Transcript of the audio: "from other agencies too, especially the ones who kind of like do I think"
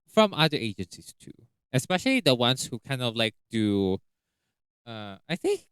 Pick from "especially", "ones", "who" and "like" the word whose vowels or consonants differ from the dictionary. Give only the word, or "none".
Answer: ones